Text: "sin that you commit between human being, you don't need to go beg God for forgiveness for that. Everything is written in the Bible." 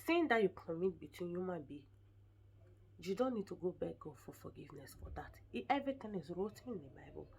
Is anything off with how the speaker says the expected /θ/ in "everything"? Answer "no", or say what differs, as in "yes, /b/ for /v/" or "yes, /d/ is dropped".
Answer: yes, /t/ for /θ/